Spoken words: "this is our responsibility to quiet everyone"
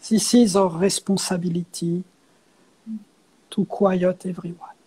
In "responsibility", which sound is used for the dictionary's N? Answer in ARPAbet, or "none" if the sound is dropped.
none